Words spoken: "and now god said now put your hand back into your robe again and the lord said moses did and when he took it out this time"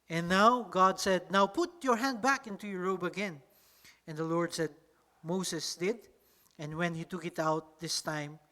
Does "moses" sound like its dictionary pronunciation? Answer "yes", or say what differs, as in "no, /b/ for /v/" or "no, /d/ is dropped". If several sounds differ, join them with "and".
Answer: no, /s/ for /z/